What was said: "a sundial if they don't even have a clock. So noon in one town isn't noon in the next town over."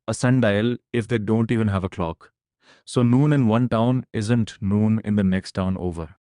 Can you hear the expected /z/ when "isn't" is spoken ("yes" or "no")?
yes